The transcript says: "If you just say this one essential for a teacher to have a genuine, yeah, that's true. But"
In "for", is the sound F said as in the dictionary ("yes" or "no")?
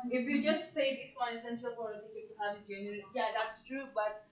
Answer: no